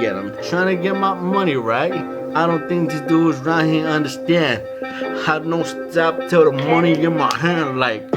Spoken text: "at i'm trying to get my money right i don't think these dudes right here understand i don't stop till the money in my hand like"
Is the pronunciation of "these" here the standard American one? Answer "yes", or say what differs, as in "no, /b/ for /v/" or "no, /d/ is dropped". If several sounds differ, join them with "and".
no, /z/ is dropped